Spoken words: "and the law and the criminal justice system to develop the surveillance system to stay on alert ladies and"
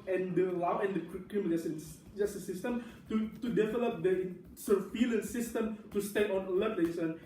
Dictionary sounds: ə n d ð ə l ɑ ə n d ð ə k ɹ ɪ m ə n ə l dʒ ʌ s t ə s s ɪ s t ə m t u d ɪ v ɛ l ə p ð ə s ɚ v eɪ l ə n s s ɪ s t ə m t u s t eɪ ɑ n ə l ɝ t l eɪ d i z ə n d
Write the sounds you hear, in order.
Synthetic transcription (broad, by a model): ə n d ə l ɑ ə n d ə k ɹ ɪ m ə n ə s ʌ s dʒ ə s s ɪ s t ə m t u d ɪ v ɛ l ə p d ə s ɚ f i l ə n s s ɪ s t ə m t u s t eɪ ɑ n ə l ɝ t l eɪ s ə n